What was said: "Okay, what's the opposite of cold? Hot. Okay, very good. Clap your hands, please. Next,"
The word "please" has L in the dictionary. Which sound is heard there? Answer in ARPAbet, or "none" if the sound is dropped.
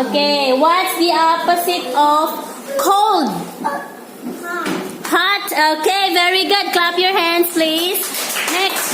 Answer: L